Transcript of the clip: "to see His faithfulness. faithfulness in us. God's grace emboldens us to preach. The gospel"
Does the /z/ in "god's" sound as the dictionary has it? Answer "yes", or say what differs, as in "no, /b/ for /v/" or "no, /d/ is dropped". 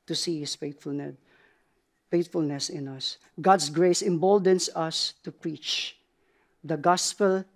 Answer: no, /s/ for /z/